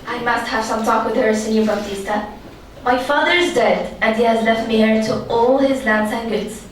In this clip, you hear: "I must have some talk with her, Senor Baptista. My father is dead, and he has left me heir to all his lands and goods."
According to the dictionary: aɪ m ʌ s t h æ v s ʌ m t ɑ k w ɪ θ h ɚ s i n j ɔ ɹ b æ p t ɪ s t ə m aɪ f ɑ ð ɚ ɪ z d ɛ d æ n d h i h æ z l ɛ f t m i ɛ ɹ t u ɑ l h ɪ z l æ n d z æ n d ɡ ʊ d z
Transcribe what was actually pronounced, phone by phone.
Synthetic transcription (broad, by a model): aɪ m ʌ s t h æ v s ʌ m t ɑ k w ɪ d h ɚ s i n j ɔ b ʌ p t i s t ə m aɪ f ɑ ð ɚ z d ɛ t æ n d h i h æ z l ɛ f t m i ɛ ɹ t u ɑ l h ɪ z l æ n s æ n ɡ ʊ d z